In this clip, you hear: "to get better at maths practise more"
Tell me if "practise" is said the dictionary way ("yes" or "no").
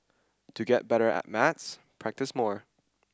yes